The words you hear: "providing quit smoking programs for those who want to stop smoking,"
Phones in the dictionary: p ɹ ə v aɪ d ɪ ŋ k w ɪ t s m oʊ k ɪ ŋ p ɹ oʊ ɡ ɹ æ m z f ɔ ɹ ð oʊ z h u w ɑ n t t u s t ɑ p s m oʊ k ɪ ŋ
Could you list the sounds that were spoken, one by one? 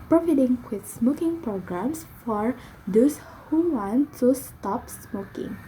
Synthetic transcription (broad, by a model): p ɹ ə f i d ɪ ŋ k w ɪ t s m oʊ k ɪ ŋ p ɹ oʊ ɡ ɹ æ m s f ɔ ɹ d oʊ s h u w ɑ n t t u s t ɑ p s m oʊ k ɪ ŋ